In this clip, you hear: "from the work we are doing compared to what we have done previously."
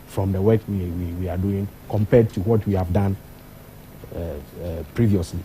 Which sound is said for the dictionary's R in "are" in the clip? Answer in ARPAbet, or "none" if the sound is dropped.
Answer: W